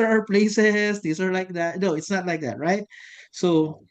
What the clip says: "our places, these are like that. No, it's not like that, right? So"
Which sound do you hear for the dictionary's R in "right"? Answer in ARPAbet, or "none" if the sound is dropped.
R